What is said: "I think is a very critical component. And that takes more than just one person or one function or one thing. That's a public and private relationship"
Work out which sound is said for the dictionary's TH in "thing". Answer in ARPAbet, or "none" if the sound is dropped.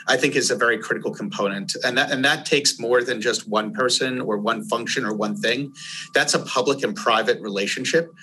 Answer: TH